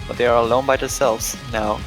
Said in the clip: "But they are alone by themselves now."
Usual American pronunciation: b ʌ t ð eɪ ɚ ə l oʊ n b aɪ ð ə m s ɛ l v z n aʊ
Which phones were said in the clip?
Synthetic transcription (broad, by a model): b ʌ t ð eɪ ɚ ə l oʊ n b aɪ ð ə s ɛ l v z n aʊ